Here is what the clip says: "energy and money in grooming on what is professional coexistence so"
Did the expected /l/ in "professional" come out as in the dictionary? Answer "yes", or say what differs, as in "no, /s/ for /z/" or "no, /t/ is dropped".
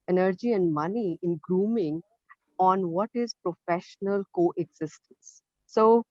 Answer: yes